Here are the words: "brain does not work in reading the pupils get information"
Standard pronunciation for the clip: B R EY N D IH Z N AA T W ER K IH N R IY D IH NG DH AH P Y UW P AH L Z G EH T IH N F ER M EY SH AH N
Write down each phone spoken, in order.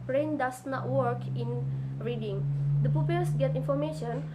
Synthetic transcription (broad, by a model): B R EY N D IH S N AA T W ER K IH N R IY D IH NG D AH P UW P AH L S G EH T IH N F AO M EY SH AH N